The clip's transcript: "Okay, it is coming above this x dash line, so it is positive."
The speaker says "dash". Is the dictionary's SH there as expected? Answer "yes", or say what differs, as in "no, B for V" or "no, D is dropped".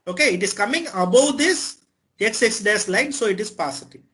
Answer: no, S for SH